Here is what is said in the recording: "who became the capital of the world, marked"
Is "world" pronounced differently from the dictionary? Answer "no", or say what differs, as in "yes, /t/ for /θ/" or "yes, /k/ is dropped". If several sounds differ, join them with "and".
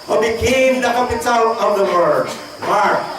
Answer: yes, /l/ is dropped